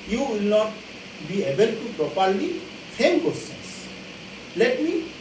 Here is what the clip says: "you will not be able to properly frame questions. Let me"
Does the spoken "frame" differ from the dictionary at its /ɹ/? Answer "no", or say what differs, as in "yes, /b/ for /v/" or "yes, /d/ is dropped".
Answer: yes, /ɹ/ is dropped